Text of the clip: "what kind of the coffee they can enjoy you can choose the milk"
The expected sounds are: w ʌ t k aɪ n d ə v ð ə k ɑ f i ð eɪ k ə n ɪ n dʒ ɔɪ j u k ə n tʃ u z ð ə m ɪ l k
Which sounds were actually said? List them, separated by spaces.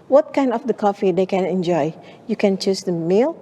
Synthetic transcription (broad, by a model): w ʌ t k aɪ n d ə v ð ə k ɑ f i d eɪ k ə n ɪ n dʒ ɔɪ j u k ə n tʃ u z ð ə m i l